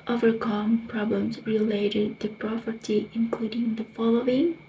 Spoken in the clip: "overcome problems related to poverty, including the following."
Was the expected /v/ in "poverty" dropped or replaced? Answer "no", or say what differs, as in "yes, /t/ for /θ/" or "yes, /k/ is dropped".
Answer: yes, /p/ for /v/